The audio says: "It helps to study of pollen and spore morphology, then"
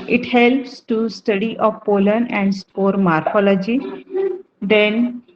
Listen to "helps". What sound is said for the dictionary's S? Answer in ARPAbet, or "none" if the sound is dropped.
S